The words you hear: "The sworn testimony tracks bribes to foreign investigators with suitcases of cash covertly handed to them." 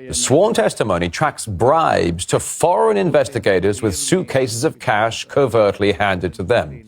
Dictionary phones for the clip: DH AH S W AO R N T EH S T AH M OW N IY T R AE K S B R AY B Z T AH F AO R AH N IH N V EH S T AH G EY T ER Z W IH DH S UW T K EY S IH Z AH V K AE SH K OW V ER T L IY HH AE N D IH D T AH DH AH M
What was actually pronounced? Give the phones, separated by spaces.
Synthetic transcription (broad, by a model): DH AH S W AO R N T EH S T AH M OW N IY T R AE K S B R AY B Z T AH F AO R AH N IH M V EH S T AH G EY T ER Z W IH DH S UW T K EY S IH Z AH V K AE SH K OW V ER T L IY HH AE N D IH D T AH DH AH M